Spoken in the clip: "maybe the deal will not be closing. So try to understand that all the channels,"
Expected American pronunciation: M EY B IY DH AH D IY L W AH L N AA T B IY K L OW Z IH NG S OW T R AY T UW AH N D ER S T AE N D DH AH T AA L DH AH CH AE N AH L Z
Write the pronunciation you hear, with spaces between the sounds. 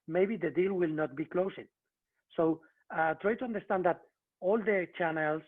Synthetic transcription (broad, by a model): M EY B IY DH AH D IY L W AH L N AA T B IY K L OW S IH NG S OW T R AY T UW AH N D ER S T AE N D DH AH T AA L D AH CH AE N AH L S